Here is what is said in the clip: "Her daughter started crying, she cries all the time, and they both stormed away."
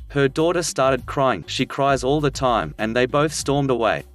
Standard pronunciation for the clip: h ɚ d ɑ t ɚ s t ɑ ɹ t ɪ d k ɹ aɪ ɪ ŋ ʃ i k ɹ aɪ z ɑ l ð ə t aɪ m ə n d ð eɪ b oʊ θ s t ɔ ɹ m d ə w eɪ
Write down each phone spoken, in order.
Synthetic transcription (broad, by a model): h ɚ d ɑ t ɚ s t ɑ ɹ t ɪ d k ɹ aɪ ɪ ŋ ʃ i k ɹ aɪ z ɑ l ð ə t aɪ m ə n ð eɪ b oʊ θ s t ɔ ɹ m d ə w eɪ